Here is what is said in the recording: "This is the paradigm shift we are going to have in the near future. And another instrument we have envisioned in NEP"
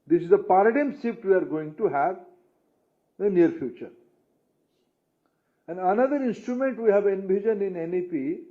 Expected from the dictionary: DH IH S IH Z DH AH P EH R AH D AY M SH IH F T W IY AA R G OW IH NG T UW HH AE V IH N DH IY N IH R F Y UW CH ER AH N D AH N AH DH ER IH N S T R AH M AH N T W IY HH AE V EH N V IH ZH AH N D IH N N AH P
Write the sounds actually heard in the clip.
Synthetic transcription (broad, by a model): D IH S IH Z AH P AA R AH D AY M S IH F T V IY AA R G OW IH NG T UW HH AE V IH N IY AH R F Y UW CH ER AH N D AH N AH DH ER IH N S T R AH M AH N T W IY HH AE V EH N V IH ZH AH N IH N N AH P